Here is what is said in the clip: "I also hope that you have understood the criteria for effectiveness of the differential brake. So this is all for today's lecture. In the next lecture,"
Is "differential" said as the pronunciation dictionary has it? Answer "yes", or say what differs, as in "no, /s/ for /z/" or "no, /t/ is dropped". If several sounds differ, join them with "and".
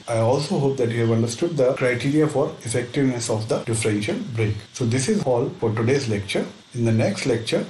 yes